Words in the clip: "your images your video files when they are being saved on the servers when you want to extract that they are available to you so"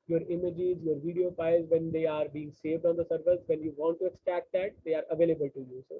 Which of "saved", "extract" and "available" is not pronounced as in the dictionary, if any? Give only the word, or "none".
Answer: extract